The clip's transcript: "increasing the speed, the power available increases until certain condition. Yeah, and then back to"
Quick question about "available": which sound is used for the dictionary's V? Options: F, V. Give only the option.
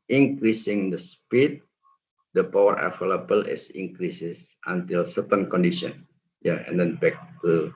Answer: F